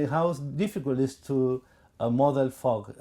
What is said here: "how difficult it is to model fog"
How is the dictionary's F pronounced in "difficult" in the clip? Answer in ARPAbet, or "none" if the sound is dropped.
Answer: F